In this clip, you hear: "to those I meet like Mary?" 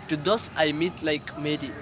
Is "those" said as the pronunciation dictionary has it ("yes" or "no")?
no